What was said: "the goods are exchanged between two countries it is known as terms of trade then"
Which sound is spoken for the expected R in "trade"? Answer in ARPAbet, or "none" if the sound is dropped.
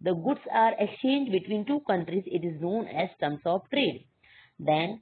R